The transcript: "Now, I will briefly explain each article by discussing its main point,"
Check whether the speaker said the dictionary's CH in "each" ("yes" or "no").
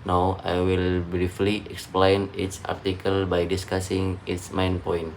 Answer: no